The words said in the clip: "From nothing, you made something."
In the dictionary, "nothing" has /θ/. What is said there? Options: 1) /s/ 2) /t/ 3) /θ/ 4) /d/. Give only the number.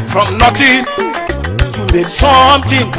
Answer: 2